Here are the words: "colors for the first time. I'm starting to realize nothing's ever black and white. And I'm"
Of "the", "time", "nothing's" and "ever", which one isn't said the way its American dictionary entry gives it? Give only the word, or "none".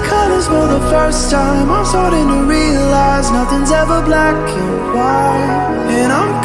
none